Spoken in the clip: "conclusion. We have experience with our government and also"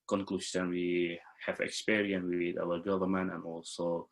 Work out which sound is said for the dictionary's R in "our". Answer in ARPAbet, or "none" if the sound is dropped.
W